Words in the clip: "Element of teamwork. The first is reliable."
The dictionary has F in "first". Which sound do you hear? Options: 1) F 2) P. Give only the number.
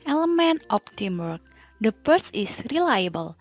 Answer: 2